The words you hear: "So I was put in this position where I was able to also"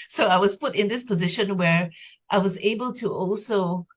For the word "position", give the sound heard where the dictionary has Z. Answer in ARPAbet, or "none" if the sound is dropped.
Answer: Z